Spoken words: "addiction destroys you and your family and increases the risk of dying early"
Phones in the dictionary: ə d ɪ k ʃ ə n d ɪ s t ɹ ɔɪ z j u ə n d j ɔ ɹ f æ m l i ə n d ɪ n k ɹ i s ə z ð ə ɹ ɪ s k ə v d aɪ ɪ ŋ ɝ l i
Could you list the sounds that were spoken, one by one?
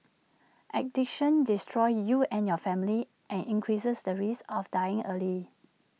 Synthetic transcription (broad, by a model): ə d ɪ k ʃ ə n d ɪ s t ɹ ɔɪ j u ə n j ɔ f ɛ m l i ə n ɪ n k ɹ i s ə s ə ɹ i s ə f d aɪ ɪ ŋ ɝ l i